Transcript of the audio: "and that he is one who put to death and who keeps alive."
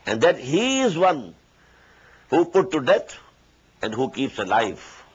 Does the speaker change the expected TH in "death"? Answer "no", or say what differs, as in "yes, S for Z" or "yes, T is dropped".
yes, T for TH